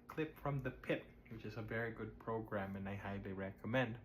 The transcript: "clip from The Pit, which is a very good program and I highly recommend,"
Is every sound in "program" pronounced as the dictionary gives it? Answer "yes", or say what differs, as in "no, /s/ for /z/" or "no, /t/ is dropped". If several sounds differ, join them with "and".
yes